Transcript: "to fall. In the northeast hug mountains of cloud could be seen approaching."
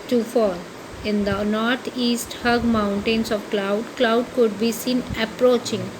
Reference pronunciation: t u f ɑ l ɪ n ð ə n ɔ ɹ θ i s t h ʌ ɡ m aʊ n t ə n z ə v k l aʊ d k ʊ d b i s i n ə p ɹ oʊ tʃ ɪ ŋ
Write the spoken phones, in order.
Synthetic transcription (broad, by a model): t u f ɑ l ɪ n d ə n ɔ ɹ t i s t h ʌ ɡ m aʊ n t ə n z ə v k l aʊ d k ʊ d b i s i n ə p ɹ oʊ tʃ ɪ ŋ